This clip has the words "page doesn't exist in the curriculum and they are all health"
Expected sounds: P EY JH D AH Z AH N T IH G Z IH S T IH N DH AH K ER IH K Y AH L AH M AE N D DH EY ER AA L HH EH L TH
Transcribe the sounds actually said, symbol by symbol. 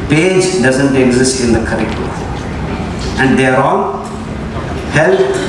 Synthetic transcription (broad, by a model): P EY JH D AH Z AH N T IH G Z IH S T IH N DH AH K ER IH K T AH AH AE N D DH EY ER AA N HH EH L